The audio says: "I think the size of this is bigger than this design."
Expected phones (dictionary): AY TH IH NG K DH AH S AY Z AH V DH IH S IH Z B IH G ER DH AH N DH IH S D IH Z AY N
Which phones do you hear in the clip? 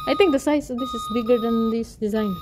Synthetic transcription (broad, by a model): AY T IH NG K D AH S AY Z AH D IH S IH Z B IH G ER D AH N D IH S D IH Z AY N